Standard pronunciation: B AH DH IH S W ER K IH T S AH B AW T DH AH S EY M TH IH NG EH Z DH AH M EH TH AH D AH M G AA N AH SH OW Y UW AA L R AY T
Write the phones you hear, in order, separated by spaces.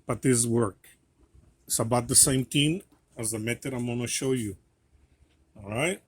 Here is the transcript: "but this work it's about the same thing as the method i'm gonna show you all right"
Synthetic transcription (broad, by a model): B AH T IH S W ER K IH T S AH B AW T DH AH S EY M T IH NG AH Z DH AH M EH T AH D AH M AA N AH SH OW Y UW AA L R AY T